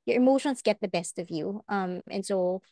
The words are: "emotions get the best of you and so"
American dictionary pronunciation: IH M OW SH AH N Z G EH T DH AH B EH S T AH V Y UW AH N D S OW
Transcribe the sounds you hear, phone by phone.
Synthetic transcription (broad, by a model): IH M OW SH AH N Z G EH T DH AH B EH S T AH V Y UW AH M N S OW